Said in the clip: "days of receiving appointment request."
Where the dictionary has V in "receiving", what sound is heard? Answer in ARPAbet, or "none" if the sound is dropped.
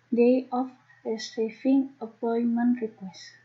F